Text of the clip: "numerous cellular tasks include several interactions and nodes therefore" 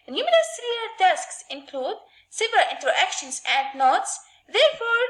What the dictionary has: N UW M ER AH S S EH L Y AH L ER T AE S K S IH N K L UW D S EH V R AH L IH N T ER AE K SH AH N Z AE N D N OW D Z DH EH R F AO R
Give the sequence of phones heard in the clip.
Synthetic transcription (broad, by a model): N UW M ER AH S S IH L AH ER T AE S K S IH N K L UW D S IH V AH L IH N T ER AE K SH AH N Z AE N D N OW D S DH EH R F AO R